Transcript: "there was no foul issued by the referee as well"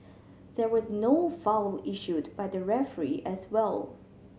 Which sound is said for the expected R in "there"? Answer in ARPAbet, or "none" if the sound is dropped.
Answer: R